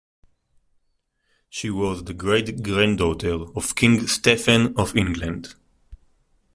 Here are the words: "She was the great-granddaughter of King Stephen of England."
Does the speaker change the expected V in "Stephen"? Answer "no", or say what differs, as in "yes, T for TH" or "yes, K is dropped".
yes, F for V